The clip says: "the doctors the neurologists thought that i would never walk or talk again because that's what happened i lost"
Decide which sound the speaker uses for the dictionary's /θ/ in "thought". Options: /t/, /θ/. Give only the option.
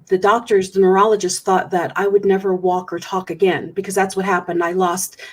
/θ/